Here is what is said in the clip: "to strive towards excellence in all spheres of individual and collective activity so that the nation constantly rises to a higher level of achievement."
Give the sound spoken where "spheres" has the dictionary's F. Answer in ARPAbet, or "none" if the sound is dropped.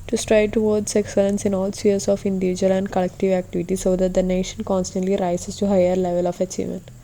none